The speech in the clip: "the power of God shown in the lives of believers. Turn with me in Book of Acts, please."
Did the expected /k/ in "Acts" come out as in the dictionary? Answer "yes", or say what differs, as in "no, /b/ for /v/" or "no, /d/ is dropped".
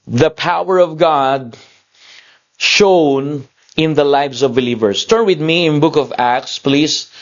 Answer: yes